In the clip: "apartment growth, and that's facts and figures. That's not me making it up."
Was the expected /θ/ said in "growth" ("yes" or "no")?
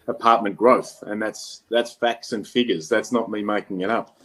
yes